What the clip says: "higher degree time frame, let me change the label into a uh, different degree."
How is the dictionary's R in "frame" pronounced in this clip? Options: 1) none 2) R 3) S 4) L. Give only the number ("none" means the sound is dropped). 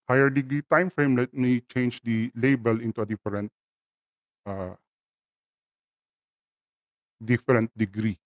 2